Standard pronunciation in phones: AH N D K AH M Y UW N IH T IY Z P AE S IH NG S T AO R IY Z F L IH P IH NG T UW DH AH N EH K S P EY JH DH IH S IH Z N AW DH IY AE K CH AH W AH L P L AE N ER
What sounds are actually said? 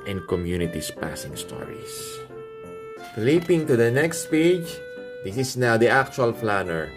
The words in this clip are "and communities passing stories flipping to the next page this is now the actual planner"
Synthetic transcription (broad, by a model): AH N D K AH M Y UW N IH T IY S P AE S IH NG S T AO R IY S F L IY P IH NG T UW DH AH N EH K S P EY JH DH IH S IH S N AW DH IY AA K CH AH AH L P L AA N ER